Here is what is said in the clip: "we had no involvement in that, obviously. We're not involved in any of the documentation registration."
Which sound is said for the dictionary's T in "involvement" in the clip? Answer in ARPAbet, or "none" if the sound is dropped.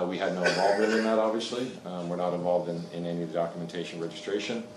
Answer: none